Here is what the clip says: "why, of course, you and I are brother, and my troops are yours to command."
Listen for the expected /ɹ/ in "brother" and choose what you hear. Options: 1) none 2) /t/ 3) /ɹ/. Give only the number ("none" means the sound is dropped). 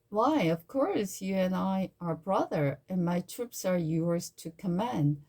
3